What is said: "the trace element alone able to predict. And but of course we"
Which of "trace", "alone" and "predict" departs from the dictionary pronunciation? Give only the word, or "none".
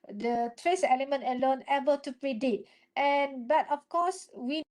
predict